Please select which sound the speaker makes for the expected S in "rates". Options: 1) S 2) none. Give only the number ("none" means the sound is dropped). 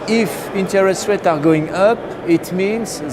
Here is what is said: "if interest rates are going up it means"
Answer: 2